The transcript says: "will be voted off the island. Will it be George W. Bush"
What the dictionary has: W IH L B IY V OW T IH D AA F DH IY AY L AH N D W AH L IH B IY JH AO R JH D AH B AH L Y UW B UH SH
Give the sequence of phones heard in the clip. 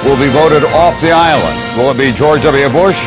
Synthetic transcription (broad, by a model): W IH L B IY V OW T IH D AA F DH IY AY L AH N D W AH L B IY JH AO R JH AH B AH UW B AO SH